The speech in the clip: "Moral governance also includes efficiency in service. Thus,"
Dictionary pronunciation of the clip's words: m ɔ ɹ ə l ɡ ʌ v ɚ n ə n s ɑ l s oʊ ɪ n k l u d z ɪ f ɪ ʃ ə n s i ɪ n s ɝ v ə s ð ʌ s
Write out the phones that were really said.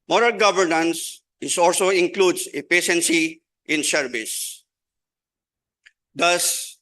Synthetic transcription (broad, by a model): m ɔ ɹ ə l ɡ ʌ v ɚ n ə n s ɑ l s oʊ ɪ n k l u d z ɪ p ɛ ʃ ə n s i ɪ n ʃ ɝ b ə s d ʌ s